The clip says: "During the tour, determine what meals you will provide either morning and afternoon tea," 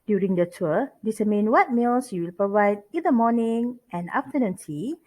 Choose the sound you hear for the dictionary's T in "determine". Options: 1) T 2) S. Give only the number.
2